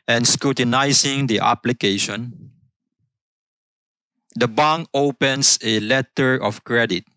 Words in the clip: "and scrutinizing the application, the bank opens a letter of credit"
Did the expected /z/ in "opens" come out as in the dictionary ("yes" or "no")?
no